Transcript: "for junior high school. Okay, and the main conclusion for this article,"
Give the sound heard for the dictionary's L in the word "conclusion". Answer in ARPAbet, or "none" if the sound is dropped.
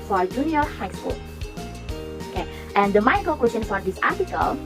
W